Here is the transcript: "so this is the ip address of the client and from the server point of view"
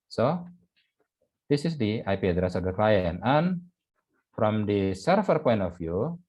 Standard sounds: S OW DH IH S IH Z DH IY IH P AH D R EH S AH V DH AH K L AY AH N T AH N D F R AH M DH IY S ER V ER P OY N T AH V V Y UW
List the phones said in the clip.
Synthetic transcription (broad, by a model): S OW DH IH S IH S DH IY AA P AH D R EH S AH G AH K L AY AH N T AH N F R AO M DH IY S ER F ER P OY N T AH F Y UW